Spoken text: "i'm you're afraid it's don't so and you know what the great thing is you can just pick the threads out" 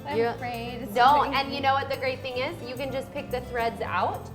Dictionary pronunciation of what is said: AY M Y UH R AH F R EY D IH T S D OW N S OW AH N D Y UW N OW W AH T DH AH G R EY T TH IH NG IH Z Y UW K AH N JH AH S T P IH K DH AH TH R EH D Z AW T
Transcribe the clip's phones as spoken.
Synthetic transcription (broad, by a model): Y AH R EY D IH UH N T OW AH N Y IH N OW W AH T DH AH G R EY T TH IH NG IH Z Y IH K AH N JH AH S P IH K DH AH TH R EH D Z AW T